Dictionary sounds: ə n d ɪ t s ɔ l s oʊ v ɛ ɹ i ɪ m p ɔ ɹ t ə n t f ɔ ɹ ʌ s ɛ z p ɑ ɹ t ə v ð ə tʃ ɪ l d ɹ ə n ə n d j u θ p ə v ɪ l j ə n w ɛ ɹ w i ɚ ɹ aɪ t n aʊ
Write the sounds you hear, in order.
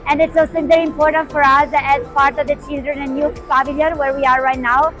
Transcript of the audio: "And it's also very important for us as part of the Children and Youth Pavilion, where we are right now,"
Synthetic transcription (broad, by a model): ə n d ɪ t s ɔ s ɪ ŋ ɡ l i ɪ m p ɔ ɹ t ə n t f ɔ ɹ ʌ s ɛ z p ɑ ɹ t ə v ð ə tʃ ɪ l d ɹ ə n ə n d j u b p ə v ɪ l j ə n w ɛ ɹ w i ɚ ɹ aɪ t n aʊ